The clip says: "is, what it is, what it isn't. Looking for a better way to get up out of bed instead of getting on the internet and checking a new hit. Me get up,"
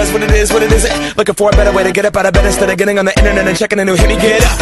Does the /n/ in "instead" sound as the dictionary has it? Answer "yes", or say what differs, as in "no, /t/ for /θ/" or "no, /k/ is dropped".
no, /n/ is dropped